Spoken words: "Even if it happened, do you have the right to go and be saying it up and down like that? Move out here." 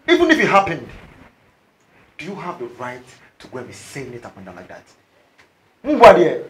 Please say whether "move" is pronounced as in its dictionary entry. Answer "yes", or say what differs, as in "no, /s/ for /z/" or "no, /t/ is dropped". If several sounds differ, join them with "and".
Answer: no, /b/ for /v/